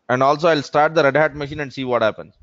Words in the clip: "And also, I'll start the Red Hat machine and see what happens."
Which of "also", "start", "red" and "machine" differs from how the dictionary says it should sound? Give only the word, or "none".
none